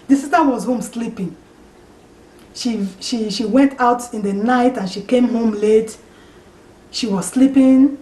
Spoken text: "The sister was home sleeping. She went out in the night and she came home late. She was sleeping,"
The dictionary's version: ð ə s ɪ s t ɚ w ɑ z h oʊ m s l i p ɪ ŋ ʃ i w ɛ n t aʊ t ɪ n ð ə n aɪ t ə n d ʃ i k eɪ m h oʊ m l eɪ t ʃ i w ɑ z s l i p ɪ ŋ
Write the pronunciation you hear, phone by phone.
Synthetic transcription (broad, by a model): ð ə s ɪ s t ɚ w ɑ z h oʊ m s l i p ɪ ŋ ʃ i w ɛ n t aʊ t ɪ n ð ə n aɪ t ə n ʃ i k eɪ m h oʊ m l eɪ t ʃ i w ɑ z s l i p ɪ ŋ